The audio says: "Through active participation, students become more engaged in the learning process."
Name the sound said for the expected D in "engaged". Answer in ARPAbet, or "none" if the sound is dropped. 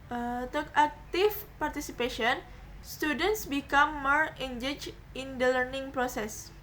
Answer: none